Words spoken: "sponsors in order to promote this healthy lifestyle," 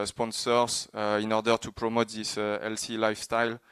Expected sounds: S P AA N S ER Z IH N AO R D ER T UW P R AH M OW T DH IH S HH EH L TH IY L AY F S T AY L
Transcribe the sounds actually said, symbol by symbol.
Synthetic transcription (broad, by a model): S P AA N S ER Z IH N AO R D ER T UW P R AH M OW T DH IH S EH L S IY L AY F S T AY L